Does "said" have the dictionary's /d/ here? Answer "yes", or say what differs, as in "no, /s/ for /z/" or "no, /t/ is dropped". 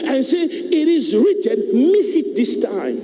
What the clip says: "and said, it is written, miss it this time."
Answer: no, /d/ is dropped